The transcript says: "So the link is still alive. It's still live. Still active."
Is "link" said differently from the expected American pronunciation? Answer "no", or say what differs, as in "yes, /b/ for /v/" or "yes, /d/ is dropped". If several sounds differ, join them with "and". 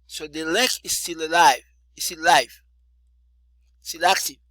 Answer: yes, /ŋ/ is dropped